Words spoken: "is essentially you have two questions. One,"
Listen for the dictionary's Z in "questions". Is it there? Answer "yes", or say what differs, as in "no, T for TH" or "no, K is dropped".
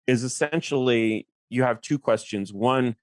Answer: yes